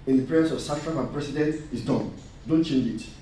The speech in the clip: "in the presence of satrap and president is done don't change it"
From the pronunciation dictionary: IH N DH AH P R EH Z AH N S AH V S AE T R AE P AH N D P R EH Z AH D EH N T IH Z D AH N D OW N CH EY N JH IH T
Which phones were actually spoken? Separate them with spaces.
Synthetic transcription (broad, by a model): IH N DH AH P R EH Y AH S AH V S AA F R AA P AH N P R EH S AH D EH N T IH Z D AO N D OW N CH EY N JH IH T